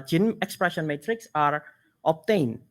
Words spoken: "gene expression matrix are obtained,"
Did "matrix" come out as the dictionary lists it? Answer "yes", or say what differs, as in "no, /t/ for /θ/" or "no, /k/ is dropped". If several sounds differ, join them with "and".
yes